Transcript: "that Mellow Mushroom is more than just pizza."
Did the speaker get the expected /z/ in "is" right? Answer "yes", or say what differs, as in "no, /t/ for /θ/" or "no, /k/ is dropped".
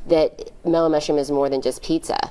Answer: yes